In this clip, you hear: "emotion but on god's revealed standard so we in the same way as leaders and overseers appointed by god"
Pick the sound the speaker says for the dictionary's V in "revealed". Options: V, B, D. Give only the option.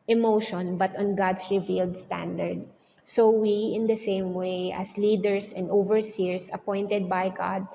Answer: V